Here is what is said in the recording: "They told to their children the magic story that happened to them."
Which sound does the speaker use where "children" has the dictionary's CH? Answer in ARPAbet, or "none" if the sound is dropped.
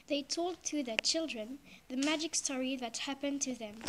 CH